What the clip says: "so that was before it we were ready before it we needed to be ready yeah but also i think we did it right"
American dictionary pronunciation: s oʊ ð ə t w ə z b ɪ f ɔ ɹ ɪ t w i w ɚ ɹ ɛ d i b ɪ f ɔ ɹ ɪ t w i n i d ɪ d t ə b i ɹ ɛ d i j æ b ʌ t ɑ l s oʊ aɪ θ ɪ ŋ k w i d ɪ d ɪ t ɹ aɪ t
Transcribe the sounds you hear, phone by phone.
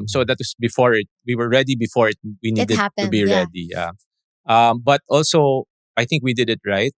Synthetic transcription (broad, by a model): s oʊ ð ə t w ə s b ɪ f ɔ ɹ ɪ t w i w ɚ ɹ ɛ d i b ɪ f ɔ ɹ ɪ t w i n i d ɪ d t ə b i ɹ ɛ d i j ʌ b ʌ t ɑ l s oʊ aɪ θ ɪ ŋ k w i d ɪ d ɪ t ɹ aɪ t